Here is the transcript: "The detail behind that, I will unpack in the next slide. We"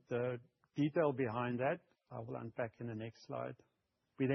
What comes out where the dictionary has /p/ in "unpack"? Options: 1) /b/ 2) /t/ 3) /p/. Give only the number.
1